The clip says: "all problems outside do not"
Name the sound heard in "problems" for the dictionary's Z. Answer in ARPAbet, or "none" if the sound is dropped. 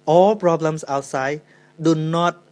S